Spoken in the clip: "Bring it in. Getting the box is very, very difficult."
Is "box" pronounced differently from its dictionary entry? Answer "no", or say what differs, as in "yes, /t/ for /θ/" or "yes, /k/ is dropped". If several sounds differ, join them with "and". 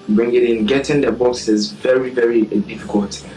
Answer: yes, /k/ is dropped